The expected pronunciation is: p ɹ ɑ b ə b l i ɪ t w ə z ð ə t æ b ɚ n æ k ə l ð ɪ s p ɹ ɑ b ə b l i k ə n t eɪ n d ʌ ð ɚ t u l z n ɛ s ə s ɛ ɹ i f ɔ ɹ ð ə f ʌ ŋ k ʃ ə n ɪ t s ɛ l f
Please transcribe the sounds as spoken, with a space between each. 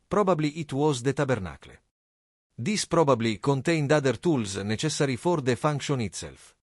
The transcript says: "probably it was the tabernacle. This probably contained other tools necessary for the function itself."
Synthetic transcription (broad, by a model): p ɹ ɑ b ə b l i ɪ t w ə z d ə t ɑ b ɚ n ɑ k l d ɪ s p ɹ ɑ b ə b l i k ə n t eɪ n d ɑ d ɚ t u l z n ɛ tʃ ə s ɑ ɹ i f ɔ ɹ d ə f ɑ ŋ k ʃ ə n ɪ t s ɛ l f